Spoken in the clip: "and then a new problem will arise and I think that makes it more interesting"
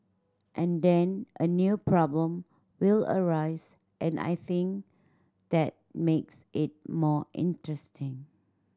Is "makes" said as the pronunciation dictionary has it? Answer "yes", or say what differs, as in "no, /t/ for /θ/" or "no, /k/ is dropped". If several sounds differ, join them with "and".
yes